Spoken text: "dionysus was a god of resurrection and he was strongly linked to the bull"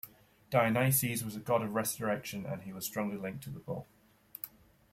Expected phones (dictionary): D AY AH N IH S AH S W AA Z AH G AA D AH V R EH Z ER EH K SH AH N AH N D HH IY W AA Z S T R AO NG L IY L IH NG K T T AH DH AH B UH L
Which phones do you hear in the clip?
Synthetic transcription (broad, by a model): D AY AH N IH S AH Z W AA Z AH G AA D AH V R EH S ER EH K SH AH N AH N IY W AA Z S T R AO NG L IY L IH NG K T T AH DH AH B UH L